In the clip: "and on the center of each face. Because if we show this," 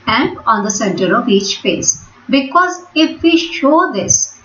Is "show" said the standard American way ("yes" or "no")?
yes